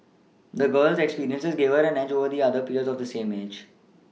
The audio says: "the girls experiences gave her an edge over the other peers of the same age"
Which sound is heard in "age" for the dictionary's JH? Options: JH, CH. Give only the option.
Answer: JH